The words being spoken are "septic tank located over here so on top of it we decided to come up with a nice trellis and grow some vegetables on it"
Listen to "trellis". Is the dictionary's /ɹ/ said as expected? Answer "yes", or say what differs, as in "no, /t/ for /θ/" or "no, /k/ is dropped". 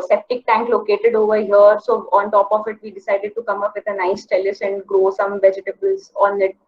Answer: no, /ɹ/ is dropped